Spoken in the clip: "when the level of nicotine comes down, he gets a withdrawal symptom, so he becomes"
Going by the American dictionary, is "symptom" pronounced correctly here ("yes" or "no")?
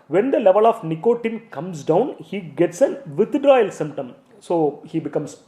yes